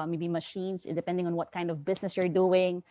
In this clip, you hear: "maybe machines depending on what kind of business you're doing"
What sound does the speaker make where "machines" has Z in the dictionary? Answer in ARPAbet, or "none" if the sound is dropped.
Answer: S